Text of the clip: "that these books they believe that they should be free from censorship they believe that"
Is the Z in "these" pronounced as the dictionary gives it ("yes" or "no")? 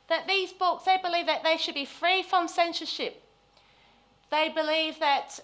yes